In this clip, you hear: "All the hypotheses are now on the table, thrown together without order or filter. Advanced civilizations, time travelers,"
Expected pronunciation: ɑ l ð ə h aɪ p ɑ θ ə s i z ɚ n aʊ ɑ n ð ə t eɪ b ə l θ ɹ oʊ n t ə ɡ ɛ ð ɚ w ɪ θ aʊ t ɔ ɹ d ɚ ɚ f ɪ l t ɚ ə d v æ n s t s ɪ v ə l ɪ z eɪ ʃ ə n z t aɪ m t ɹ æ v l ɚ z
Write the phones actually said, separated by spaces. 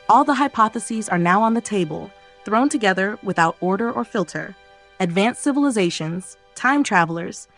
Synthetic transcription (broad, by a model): ɑ l ð ə h aɪ p ɑ θ ə s i z ɚ n aʊ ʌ n ð ə t eɪ b ə l θ ɹ oʊ n t ə ɡ ɛ ð ɚ w ɪ θ aʊ t ɔ ɹ d ɚ ɚ f ɪ l t ɚ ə d v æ n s s ɪ v ə l ɪ z eɪ ʃ ə n z t aɪ m t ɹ æ v l ɚ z